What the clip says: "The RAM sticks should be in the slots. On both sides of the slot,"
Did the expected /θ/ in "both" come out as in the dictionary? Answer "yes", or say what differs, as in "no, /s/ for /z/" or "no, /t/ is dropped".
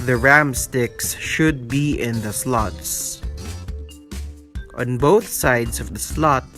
yes